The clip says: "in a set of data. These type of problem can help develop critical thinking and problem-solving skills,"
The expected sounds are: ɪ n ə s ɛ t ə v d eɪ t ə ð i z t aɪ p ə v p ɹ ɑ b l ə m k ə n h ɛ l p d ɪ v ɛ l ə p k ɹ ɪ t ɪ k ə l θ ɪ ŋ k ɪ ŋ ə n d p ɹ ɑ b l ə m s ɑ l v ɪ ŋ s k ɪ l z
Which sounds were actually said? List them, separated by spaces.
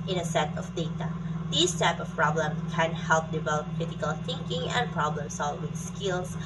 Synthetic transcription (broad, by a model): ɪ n ə s ɛ t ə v d eɪ t ə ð i s t aɪ p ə f p ɹ ɑ b l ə m k ə n h ɛ l p d ɪ v ɛ l ə p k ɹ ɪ t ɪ k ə l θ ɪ ŋ k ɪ ŋ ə n p ɹ ɑ b l ə m s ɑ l w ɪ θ s k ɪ l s